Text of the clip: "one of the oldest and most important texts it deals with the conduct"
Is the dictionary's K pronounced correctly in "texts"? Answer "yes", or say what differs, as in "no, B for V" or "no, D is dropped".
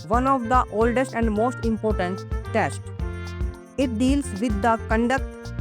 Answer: no, K is dropped